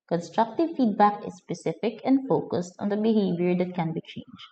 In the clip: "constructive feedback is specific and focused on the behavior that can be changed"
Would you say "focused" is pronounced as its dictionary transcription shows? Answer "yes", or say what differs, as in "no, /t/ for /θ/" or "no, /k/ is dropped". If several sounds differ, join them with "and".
yes